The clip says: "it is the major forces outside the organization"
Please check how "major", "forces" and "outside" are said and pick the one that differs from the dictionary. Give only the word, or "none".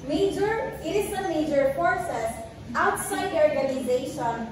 forces